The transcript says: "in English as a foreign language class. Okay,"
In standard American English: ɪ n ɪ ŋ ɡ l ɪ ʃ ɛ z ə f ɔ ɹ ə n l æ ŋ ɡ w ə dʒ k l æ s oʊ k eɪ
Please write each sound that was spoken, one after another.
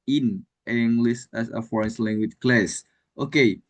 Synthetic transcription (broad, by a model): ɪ n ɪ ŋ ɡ l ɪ s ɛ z ə f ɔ ɹ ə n l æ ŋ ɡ w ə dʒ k l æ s oʊ k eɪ